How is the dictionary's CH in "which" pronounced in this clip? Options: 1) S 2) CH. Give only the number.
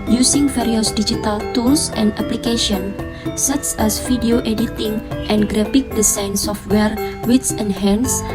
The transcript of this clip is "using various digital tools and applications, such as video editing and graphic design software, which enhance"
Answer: 1